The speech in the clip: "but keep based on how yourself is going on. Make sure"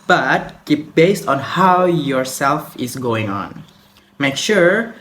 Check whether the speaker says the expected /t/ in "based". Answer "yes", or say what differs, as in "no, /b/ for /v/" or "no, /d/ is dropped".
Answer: yes